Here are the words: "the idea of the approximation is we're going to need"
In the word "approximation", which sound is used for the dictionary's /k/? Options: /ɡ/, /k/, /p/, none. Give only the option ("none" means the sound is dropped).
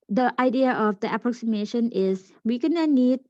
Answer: /k/